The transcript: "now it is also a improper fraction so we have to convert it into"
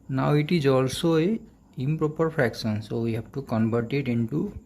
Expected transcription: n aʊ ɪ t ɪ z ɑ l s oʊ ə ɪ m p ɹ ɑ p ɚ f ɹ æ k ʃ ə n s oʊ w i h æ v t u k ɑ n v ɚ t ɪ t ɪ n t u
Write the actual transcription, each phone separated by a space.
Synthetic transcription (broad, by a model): n aʊ ɪ t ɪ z ɑ l s oʊ ə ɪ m p ɹ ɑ p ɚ p ɹ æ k s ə n s oʊ w i h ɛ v t u k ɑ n b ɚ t ɪ t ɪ n t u